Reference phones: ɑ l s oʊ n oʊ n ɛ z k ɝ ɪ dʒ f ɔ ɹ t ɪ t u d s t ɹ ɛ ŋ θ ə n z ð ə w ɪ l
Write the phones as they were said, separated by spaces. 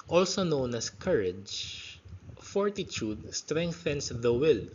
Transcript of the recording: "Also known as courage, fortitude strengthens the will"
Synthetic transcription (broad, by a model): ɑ l s oʊ n oʊ n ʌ s k ɝ ɪ dʒ f ɔ ɹ t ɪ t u d s t ɹ ɛ ŋ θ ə n s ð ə w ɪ l